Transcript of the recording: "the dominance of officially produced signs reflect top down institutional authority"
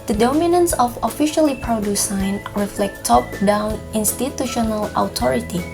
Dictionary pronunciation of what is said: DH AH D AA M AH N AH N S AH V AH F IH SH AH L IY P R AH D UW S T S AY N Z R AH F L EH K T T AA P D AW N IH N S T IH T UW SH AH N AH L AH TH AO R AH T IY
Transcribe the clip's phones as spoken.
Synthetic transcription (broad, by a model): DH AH D AA M AH N AH N S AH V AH F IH SH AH L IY P R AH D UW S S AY N R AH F L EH K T T AA P D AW N IH N S T IH T UW SH AH N AH L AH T AO R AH T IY